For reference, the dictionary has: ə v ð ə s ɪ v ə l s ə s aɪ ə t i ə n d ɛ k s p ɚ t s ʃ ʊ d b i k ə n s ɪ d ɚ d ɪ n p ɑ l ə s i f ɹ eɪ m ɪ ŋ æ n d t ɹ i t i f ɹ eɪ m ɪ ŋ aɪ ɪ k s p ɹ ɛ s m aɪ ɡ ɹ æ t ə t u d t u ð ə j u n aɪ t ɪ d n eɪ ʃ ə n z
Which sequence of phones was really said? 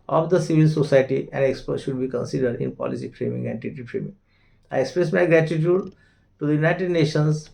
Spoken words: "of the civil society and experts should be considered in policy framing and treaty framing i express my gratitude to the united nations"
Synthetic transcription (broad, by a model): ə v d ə s ɪ v ə l s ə s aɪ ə t i ə n d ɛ k s p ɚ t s ʃ ʊ d b i k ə n s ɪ d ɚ d ɪ n p ɑ l ə s i f ɹ eɪ m ɪ ŋ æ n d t i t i f ɹ eɪ m ɪ ŋ aɪ ɪ k s p ɹ ɛ s m aɪ ɡ ɹ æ t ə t u d t u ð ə j u n aɪ t ɪ d n eɪ ʃ ə n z